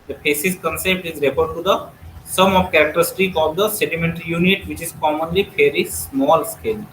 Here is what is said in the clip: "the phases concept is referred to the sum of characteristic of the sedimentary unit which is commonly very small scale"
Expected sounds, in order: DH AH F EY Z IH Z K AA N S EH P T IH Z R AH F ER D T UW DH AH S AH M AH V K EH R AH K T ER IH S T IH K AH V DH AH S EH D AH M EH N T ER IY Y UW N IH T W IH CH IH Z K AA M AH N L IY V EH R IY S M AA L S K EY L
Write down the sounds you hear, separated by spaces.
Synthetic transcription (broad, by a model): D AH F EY S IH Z K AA N S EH P T IH Z R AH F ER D T UW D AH S AH M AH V K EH R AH K T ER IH S T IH K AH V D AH S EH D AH M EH N T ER IY Y UW N IH T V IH CH IH Z K AA M AH N L IY P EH R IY S M AA L S K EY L